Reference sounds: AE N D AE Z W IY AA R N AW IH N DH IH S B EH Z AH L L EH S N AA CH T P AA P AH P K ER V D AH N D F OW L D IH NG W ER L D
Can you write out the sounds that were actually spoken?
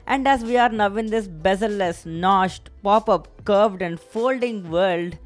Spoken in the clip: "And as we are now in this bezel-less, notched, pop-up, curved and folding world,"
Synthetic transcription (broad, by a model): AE N D AE Z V IY AA R N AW IH N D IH S B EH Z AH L L EH S N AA SH T P AA P AH P K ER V D AH N D F OW L D IH NG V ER L D